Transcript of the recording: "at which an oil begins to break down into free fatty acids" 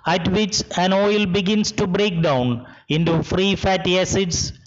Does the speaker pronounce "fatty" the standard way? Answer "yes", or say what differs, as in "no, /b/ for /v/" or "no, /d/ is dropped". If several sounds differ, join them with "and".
yes